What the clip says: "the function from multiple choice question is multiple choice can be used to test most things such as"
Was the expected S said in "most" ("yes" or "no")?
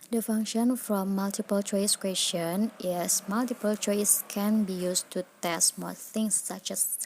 no